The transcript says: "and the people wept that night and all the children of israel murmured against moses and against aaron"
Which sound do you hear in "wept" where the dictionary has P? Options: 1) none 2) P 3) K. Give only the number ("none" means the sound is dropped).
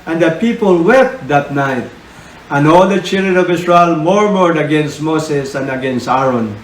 2